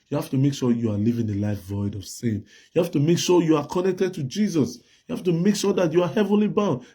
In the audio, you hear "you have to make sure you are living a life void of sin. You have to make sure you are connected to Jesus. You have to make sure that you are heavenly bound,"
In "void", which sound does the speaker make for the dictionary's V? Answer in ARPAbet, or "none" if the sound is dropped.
V